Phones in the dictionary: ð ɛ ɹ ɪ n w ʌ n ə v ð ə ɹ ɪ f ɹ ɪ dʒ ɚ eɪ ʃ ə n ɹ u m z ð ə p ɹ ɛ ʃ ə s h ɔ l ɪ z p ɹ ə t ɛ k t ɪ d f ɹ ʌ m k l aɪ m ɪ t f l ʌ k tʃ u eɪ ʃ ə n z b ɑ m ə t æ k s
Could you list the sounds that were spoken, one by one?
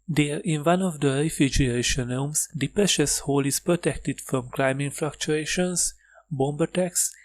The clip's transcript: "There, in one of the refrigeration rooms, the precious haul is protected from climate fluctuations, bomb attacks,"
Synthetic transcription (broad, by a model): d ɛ ɹ ɪ n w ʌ n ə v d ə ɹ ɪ f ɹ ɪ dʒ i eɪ ʃ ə n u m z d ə p ɹ ɛ ʃ ə s h ɔ l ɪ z p ɹ ə t ɛ k t ɪ d f ɹ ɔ m k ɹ aɪ m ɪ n f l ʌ k tʃ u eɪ ʃ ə n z b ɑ m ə t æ k s